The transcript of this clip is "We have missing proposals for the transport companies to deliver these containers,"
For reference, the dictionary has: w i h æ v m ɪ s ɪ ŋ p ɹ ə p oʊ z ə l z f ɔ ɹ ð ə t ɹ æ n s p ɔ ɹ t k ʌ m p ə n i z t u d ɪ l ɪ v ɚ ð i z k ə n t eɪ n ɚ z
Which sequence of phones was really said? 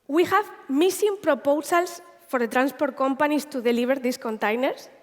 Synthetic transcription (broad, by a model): w i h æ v m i s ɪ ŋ p ɹ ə p oʊ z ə l s f ɔ ɹ ð ə t ɹ æ n s p ɔ ɹ t k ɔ m p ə n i s t u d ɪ l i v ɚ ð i s k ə n t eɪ n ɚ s